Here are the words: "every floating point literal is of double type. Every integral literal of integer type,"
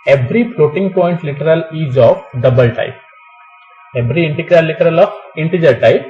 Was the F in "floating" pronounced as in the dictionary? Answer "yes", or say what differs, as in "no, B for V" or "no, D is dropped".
no, P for F